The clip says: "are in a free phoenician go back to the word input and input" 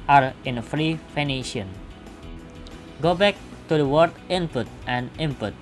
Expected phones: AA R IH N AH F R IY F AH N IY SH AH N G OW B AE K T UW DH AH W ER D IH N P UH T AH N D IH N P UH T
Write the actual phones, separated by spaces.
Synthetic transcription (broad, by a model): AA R IH N AH F R IY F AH N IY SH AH N G OW B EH K T UW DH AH W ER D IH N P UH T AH N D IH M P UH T